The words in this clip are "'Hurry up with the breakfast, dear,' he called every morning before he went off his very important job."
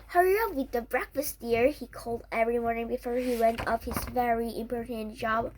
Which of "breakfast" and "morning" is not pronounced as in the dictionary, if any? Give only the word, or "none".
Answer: none